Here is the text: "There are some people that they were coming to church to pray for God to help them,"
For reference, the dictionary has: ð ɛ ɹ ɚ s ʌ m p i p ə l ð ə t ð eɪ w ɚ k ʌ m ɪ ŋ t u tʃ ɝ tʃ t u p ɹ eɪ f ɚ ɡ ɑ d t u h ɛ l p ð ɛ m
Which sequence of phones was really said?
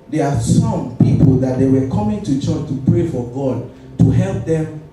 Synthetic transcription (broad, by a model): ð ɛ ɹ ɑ s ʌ m p i p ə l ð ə t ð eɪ w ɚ k ʌ m ɪ ŋ t u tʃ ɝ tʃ t u p ɹ eɪ f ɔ ɡ ɑ d t u h ɛ l p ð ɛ m